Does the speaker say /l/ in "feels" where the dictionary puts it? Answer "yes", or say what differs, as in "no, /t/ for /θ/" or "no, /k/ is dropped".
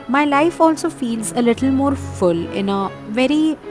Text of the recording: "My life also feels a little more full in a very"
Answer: yes